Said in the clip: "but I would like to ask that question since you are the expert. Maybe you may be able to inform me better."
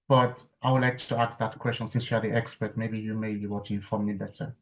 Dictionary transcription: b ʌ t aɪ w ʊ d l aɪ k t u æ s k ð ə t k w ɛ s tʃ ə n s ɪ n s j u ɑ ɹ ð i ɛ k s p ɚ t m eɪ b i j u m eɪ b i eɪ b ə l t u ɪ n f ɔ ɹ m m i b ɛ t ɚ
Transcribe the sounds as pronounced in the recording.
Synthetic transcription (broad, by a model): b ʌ t aɪ w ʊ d l aɪ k t u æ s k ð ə t k w ɛ s tʃ ə n s ɪ n s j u ɑ ɹ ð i ɛ k s p ɚ t m eɪ b i j u m eɪ b i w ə t u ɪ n f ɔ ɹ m m i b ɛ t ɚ